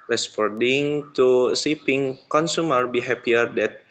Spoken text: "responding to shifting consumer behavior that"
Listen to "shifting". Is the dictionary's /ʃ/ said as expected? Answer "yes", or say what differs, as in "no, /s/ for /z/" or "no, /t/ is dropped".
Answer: no, /s/ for /ʃ/